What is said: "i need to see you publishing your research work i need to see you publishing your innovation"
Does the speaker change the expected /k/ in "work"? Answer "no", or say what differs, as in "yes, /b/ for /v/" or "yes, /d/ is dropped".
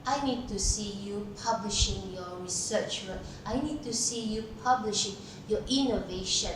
yes, /k/ is dropped